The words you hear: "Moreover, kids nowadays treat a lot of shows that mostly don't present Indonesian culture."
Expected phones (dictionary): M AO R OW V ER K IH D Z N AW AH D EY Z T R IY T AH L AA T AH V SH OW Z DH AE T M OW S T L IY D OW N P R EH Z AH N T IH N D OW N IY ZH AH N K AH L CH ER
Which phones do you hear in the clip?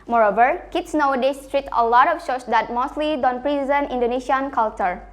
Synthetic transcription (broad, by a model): M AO R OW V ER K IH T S N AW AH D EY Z T R IY T AH L AA T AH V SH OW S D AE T M OW S T L IY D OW N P R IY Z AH N IH N D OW N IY SH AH N K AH L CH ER